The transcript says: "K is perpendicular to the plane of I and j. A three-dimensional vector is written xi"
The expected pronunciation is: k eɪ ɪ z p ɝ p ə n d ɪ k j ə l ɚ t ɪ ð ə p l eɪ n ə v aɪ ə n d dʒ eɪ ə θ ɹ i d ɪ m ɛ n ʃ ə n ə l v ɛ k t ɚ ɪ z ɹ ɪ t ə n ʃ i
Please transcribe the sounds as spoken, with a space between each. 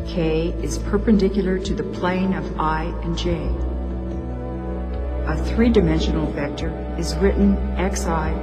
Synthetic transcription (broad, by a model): k eɪ ɪ z p ɝ p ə n d ɪ k j l ɚ t ɪ ð ə p l eɪ n ə v aɪ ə n dʒ eɪ ə θ ɹ i d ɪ m ɛ n ʃ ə n l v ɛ k t ɚ ɪ z ɹ ɪ t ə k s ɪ